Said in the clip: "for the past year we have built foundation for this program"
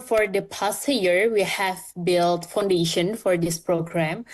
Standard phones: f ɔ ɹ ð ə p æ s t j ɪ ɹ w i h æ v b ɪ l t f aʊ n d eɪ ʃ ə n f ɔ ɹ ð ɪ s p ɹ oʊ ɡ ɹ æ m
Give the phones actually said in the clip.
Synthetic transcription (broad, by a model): f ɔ ɹ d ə p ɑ s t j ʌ ɹ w i h æ v b ɪ l t f aʊ n d eɪ ʃ ə n f ɔ ɹ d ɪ s p ɹ oʊ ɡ ɹ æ m